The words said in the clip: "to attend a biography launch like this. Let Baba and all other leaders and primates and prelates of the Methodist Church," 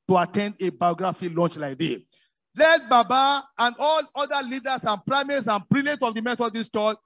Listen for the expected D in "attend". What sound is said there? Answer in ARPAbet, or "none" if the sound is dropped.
D